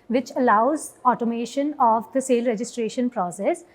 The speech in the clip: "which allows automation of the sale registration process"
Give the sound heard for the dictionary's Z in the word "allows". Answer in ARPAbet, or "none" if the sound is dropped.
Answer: Z